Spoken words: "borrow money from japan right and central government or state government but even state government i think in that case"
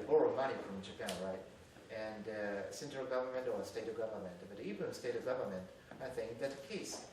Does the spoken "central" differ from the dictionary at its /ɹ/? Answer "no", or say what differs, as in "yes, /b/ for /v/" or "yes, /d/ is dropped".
yes, /ɹ/ is dropped